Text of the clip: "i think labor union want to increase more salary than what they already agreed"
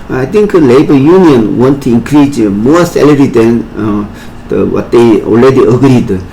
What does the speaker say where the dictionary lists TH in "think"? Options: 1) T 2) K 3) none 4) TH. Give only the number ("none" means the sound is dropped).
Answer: 1